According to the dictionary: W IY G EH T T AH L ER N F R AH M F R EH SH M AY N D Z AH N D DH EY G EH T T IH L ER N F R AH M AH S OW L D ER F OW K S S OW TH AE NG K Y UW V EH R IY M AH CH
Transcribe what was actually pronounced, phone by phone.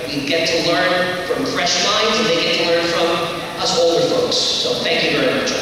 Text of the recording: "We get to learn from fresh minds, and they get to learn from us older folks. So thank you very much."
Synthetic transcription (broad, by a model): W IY G EH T T AH L ER N F R AH M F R EH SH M AY N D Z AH DH EY G EH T T IH L ER N F R AH M AH S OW L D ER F OW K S S OW TH AE NG K Y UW V EH R IY M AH CH